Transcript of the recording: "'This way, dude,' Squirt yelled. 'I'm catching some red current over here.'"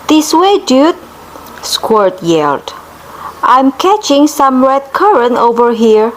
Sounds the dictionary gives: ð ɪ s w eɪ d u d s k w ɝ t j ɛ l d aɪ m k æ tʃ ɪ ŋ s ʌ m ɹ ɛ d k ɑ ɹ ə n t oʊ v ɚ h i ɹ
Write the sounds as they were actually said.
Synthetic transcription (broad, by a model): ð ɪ s w eɪ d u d s k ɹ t j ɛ l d aɪ m k æ tʃ ɪ ŋ s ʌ m ɹ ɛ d k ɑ ɹ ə n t oʊ v ɚ h i ɹ